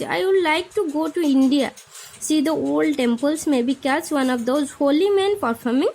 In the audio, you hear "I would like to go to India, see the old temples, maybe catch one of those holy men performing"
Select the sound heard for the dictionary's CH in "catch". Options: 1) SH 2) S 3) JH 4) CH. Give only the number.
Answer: 2